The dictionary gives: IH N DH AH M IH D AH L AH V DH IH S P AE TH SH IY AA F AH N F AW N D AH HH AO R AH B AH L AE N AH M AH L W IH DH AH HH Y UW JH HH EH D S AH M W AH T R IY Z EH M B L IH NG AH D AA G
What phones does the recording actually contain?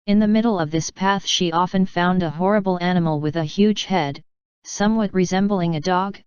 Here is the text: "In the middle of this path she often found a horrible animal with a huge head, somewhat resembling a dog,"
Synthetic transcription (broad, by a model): IH N DH AH M IH D L AH V DH IH S P AE TH SH IY AA F AH N F AW N D AH HH AO R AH B L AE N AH M L W IH DH AH HH Y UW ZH HH EH D S AH M W AH T R IY Z EH M B L IH NG AH D AA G